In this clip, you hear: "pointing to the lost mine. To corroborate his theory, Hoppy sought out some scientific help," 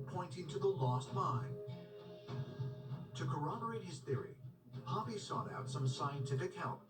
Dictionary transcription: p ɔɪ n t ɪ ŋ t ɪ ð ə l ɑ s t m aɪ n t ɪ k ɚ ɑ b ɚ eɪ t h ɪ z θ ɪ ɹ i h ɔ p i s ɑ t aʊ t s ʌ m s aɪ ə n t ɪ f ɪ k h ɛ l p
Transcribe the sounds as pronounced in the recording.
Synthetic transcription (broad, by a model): p ɔɪ n t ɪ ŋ t ɪ ð ə l ɑ s t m aɪ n t ɪ k ɚ ɑ b ɚ eɪ t h ɪ z θ ɪ ɹ i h ɔ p i s ɑ t aʊ t s ʌ m s aɪ ə n t ɪ f ɪ k h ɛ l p